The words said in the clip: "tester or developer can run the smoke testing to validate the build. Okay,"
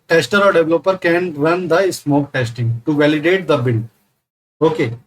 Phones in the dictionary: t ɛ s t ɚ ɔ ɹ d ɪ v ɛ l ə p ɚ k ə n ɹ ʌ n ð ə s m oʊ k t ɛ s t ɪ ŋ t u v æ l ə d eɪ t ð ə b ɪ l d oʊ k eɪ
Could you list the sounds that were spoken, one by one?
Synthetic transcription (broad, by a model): t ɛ s t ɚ ɔ ɹ d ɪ v l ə p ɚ k ə n ɹ ʌ n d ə s m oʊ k t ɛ s t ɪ ŋ t u v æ l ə d eɪ t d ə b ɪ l oʊ k eɪ